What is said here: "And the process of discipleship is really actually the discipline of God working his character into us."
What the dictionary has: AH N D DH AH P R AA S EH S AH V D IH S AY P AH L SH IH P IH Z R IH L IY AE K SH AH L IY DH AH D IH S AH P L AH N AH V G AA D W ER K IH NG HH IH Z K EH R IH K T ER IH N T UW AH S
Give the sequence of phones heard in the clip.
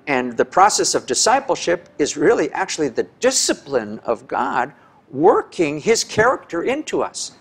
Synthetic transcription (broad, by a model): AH N DH AH P R AA S EH S AH V D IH S AY P L SH IH P IH Z R IH L IY AE K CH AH L IY DH AH D IH S AH P L AH N AH V G AA D W ER K IH NG IH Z K EH R IH K T ER IH N T UW AH S